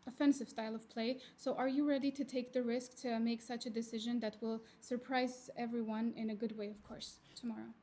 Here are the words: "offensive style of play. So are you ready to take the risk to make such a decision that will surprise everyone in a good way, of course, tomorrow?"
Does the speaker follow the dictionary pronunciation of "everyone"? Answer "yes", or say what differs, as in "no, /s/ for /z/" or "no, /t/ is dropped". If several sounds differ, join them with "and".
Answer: yes